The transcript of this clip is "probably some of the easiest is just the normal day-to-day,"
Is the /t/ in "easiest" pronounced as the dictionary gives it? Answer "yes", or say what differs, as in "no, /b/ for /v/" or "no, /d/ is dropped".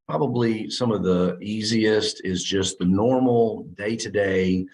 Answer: yes